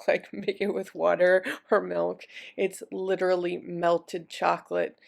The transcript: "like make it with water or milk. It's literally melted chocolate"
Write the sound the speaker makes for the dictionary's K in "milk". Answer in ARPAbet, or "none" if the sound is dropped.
K